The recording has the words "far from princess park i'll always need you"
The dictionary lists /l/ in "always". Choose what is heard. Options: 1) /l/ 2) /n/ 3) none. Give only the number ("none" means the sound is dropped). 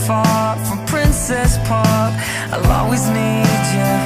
3